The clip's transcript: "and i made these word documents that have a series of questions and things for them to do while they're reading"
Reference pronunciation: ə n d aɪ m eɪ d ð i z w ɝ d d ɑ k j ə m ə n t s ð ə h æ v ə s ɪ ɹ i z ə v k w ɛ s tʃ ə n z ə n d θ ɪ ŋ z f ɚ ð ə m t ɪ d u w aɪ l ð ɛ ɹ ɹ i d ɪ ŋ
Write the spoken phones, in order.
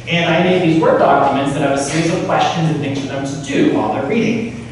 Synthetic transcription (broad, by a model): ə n aɪ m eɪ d ð i z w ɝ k d ɑ k j ə m ə n t s ð ə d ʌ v ə s ɪ ɹ i z ə v k w ɛ s tʃ ə n z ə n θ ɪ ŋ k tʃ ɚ ð ə m t ɪ d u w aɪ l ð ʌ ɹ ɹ i d ɪ ŋ